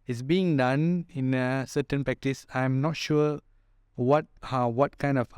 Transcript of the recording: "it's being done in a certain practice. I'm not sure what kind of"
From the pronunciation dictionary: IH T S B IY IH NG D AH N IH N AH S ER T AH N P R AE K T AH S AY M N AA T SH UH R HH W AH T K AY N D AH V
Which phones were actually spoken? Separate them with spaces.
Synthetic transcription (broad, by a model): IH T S B IY IH NG D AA N IH N AH S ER T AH N P R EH K T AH S AY M N AA T SH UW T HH W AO T K AY N D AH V